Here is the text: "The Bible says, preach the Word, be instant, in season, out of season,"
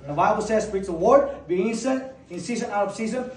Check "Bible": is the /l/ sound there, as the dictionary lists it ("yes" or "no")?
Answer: yes